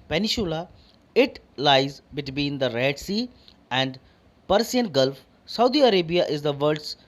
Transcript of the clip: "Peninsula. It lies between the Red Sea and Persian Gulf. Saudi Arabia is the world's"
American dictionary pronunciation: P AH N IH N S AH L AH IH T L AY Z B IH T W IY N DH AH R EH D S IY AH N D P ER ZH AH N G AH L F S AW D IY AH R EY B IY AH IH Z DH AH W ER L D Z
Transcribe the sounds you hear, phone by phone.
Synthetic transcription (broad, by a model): P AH N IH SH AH L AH IH T L AY Z B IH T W IY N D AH R EH D S IY AH N D P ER S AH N G AH L F S AW D IY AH R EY B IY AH IH Z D AH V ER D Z